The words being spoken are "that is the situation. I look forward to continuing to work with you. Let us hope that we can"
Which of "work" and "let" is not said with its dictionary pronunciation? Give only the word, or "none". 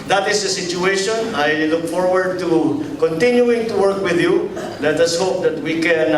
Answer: none